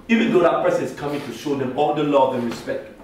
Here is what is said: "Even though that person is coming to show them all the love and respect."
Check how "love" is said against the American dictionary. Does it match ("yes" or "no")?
yes